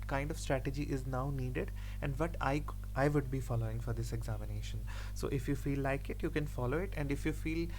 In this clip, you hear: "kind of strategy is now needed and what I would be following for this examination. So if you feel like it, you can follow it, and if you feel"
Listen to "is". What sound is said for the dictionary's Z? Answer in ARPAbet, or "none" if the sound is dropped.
Z